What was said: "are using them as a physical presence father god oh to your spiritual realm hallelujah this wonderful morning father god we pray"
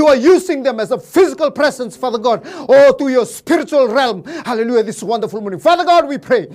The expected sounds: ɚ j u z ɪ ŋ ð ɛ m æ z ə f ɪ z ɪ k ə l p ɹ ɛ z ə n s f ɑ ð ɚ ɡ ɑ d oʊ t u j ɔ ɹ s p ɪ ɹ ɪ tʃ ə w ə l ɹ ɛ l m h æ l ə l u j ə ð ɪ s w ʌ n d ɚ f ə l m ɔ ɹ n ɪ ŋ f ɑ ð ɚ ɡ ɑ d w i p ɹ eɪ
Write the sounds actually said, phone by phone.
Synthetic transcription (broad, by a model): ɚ j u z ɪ ŋ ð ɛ m æ z ə f ɪ z ɪ k ə l p ɹ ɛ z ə n s f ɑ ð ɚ ɡ ɑ d oʊ t u j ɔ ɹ s p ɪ ɹ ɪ tʃ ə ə l ɹ ɛ l m h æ l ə l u j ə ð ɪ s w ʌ n d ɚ f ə l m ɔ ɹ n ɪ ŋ f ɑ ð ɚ ɡ ɑ d w i p ɹ eɪ